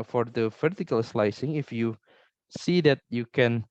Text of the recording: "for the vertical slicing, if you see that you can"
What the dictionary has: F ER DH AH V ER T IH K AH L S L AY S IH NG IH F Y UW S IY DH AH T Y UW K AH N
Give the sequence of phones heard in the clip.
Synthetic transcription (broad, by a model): F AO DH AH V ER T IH K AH L S L AY S IH NG IH F Y UW S IY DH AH T Y UW K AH N